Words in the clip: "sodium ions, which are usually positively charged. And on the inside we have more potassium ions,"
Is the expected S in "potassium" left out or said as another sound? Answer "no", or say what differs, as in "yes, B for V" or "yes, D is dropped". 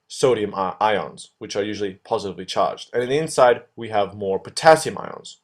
no